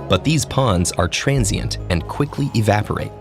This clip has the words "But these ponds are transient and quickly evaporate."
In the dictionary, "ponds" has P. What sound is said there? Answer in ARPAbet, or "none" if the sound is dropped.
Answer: P